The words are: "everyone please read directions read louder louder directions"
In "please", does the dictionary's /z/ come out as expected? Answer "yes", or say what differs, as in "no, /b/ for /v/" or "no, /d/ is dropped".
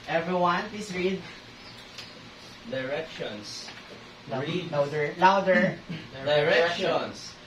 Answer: no, /s/ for /z/